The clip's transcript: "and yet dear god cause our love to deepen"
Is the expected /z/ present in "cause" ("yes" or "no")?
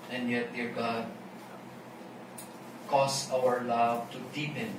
no